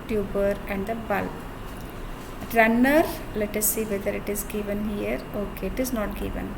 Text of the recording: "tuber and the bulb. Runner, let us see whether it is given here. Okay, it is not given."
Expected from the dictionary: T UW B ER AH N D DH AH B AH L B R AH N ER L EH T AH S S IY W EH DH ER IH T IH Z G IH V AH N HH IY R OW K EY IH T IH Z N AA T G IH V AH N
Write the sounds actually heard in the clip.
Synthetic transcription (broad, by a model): T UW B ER AH N D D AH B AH L R AH N ER L EH T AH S S IY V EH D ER IH T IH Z G IH V AH N HH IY R OW K EY IH T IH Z N AA T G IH V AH N